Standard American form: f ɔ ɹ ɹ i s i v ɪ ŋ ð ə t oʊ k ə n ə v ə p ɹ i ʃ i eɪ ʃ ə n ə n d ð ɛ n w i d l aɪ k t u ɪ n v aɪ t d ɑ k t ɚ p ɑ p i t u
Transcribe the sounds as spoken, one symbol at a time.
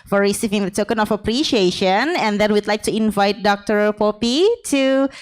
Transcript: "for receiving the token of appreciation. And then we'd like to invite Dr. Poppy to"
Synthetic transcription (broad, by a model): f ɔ ɹ ɹ i s i v ɪ ŋ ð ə t oʊ k ə n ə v ə p ɹ i ʃ i eɪ ʃ ə n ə n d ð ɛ n w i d l aɪ k t u ɪ n v aɪ t d ɑ k t ɚ p ɑ p i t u